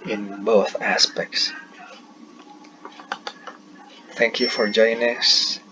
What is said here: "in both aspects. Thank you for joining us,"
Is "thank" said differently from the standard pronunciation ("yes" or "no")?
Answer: no